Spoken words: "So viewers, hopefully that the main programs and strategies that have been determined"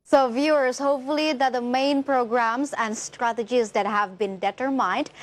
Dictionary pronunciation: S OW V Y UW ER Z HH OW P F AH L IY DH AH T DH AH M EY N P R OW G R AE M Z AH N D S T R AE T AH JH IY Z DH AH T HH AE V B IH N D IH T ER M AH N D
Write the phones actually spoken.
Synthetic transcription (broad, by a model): S OW V Y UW ER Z HH OW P F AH L IY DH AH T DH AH M EY N P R OW G R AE M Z AH N D S T R AE T AH JH IY Z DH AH T HH AE V B IH N D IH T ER M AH N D